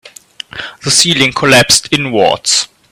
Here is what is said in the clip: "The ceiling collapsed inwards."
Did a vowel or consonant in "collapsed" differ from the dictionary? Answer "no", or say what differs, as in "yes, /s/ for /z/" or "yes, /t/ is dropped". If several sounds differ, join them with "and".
no